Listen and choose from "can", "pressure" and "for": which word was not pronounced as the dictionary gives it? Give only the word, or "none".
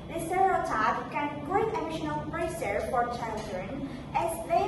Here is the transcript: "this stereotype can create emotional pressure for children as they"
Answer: pressure